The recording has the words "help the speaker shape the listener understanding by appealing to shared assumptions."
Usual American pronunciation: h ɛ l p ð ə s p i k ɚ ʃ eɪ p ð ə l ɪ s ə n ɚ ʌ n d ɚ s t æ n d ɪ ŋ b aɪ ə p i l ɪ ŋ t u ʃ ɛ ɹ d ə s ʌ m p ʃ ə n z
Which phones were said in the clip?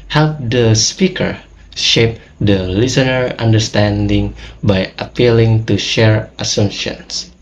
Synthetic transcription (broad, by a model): h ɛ l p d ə s p i k ɚ ʃ eɪ p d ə l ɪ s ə n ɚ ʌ n d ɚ s t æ n d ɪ ŋ b aɪ ə p i l ɪ ŋ t u ʃ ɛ ɹ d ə s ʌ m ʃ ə n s